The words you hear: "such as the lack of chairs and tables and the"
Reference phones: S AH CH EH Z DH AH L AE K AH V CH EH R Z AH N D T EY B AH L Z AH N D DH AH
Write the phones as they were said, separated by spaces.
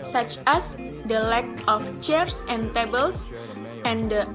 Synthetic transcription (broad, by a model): S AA CH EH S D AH L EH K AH F CH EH R S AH N T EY B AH L S AH N D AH